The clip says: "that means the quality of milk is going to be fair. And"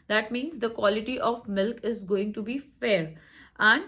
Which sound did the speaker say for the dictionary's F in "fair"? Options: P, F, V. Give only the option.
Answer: F